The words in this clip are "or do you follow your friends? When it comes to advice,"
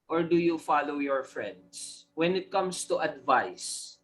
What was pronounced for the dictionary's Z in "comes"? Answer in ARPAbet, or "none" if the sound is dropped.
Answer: S